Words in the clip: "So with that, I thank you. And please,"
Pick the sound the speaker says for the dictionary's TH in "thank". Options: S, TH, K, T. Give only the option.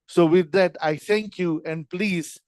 T